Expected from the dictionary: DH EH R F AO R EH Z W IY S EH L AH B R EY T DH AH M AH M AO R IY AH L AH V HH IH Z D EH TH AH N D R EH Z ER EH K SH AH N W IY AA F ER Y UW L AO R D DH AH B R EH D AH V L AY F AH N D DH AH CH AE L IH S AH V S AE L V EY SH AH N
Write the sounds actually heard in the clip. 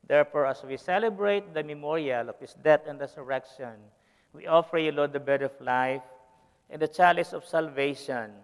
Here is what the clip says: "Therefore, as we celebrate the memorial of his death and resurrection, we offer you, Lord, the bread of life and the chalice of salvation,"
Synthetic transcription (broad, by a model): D EH R F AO R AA S W IY S EH L AH B R EY T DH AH M AH M AO R IY AH L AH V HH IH S D EH T AH N D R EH S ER EH K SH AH N W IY AA F ER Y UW L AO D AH B EH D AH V L AY F AH N D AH CH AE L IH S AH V S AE L V EY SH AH N